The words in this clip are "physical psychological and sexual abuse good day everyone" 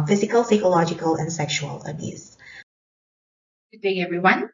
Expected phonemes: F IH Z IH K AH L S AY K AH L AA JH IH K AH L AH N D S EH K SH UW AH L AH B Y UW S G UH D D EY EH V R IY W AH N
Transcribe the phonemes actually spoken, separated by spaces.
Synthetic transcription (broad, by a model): F IH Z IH K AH L S AY K AH L AA JH IH K AH L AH N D S EH K SH UW AH L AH B Y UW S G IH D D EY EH V R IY W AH N